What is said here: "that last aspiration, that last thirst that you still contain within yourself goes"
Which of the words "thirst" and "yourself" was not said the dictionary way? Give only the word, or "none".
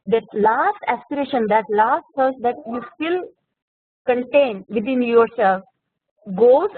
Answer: thirst